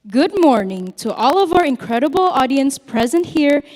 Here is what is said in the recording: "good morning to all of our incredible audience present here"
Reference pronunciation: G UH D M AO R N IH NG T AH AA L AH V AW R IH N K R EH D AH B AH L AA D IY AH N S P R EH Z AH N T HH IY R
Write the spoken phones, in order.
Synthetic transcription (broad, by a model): G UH D M AO R N IH NG T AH AA L AH V AW R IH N K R EH D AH B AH L AA D IY AH N S P R EH Z AH N T HH IY R